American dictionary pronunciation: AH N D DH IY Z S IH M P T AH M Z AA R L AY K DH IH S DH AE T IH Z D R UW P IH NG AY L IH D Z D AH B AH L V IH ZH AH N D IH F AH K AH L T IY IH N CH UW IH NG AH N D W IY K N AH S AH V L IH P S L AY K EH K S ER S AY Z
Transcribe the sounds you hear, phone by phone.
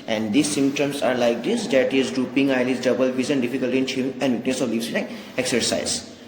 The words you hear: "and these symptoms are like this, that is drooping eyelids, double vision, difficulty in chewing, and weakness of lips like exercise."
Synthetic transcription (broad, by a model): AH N D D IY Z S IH M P T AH M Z AA R L AY K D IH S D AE T IH Z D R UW P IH NG AY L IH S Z D AH B AH L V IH Z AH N D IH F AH K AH L T IY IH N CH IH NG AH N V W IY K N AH S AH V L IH S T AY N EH K S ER S AY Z